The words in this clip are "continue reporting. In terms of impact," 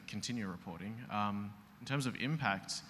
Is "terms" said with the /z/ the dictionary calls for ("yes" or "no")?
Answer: yes